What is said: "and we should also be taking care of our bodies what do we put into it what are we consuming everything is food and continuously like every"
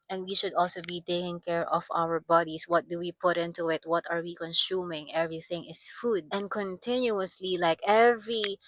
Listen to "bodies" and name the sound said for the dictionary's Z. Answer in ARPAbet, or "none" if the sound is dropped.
S